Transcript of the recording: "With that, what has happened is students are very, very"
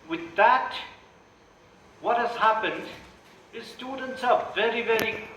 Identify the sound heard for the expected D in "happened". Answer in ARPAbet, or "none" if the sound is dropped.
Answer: D